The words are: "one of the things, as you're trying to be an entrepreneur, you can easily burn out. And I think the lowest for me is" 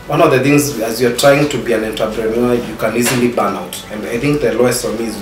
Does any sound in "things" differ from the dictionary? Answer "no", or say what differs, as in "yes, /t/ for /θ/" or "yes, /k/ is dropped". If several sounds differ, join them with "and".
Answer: no